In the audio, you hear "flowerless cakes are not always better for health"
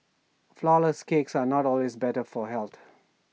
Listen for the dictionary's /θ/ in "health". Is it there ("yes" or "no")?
no